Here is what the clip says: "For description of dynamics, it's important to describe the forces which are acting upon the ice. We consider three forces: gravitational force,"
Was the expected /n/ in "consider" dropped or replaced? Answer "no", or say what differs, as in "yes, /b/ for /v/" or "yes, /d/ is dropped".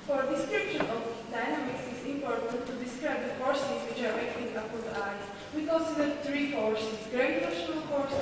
yes, /l/ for /n/